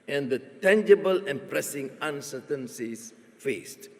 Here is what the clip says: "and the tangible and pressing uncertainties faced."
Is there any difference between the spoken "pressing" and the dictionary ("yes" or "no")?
no